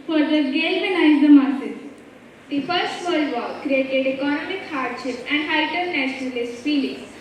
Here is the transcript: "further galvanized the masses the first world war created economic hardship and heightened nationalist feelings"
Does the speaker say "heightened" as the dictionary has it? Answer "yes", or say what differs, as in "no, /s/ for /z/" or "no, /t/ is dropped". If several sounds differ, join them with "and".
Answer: no, /n/ is dropped